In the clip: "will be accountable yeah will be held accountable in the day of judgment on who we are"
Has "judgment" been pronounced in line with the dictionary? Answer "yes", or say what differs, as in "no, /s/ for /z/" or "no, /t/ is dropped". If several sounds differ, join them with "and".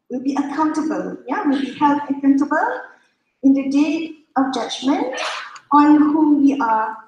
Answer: yes